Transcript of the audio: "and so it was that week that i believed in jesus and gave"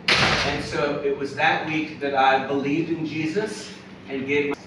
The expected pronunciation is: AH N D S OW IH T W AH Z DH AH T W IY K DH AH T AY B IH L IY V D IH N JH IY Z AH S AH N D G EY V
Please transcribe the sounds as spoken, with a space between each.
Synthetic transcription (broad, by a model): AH N S OW IH T W AH Z DH AH T W IY K DH AH T AY B IH L IY V D IH N JH IY Z AH S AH N G EY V